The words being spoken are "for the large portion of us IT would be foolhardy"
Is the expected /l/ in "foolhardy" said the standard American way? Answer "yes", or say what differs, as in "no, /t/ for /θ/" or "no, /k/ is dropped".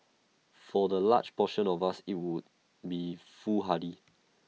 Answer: no, /l/ is dropped